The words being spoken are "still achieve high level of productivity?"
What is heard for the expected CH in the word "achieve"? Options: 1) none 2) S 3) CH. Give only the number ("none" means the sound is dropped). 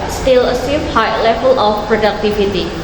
2